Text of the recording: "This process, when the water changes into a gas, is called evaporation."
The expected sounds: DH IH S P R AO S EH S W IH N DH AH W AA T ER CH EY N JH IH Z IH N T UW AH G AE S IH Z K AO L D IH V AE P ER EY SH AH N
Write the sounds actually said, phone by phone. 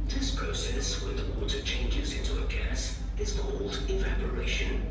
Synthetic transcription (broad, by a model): DH IH S P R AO S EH S W IH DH W AA T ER CH EY N JH IH Z IH N T UW AH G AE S IH Z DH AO L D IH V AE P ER EY SH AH N